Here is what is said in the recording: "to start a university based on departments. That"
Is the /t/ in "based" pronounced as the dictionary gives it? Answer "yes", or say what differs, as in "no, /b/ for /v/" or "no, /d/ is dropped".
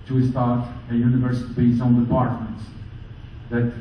no, /t/ is dropped